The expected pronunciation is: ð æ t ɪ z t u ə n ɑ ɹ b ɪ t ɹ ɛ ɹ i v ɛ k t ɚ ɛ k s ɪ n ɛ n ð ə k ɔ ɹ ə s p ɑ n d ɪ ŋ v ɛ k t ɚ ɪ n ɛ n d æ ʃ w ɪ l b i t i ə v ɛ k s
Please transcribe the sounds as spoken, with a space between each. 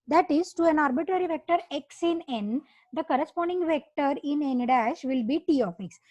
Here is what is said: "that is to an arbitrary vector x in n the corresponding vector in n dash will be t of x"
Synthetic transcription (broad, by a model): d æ t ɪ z t u ə n ɑ ɹ b ɪ t ɹ ɛ ɹ i v ɛ k t ɚ ɛ k s ɪ n ɛ n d ə k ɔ ɹ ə s p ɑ n d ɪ ŋ v ɛ k t ɚ ɪ n ɛ n d æ ʃ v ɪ l b i t i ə f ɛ k s